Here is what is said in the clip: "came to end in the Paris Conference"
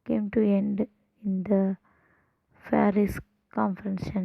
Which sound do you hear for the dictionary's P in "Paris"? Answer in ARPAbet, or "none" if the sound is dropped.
F